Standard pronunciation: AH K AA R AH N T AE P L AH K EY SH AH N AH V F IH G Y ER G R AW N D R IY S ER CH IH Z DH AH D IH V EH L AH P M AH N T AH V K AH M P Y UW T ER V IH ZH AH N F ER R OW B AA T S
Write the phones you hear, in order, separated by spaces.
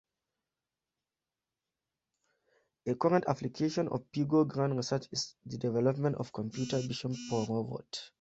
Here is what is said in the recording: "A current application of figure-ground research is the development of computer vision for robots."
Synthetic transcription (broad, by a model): AH K AA R AH N T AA P L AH K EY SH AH N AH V P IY G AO G R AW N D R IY S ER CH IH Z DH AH D IH V EH L AH P M AH N T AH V K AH M P Y UW T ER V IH SH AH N P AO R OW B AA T